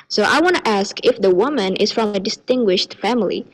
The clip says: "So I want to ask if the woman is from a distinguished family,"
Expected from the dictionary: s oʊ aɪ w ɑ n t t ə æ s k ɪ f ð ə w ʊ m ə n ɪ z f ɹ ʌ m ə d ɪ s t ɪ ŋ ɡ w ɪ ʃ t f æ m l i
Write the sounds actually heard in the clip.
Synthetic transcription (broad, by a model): s oʊ aɪ w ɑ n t t æ s k ɪ f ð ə w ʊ m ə n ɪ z f ɹ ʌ m ə d ɪ s t ɪ ŋ ɡ w ɪ ʃ t f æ m l i